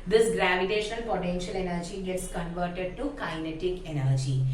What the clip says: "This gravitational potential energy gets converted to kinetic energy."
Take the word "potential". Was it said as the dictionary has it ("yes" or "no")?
yes